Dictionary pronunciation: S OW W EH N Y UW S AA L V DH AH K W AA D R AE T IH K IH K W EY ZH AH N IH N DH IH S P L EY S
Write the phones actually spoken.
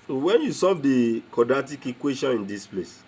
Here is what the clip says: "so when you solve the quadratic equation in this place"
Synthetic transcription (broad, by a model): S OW W EH N Y UW S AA V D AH K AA D AA T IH K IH K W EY SH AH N IH N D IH S P L EY S